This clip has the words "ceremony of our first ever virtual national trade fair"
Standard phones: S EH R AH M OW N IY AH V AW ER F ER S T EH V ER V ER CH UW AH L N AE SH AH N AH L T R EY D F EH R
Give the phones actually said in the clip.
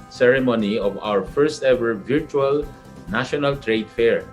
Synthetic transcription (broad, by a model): S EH R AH M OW N IY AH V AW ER F ER S T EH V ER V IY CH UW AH L N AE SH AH N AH L T R EY D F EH R